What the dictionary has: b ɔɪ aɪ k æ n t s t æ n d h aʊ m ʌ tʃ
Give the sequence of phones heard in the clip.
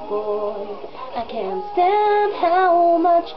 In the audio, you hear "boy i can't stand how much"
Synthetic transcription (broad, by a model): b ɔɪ aɪ k æ n t s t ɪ d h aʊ m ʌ tʃ